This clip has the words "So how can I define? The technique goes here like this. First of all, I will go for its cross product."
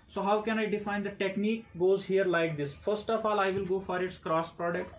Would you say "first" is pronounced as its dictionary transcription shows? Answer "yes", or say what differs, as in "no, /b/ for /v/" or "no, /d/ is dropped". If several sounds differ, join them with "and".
yes